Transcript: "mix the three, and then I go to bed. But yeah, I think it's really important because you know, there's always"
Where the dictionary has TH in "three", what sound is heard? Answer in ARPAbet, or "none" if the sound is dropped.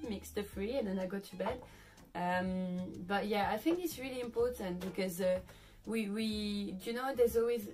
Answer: F